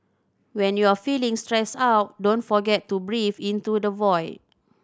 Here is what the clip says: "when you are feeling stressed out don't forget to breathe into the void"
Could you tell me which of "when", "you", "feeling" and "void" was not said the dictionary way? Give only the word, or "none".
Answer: none